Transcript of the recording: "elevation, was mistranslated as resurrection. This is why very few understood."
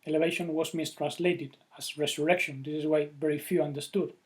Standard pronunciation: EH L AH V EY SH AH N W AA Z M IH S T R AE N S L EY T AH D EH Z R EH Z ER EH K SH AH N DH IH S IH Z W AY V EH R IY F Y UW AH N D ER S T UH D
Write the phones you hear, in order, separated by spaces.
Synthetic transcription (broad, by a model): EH L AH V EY SH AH N W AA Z M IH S T R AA N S L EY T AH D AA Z R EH S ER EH K SH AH N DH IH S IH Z W AY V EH R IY F Y UW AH N D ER S T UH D